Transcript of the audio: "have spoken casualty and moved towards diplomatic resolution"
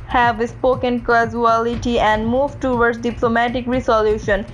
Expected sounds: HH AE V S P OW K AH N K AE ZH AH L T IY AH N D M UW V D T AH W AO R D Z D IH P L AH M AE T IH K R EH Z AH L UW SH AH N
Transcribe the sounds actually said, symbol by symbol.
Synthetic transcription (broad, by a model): HH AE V S P OW K AH N K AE Z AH L T IY AH N D M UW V T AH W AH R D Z D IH P L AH M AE T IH K R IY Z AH L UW SH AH N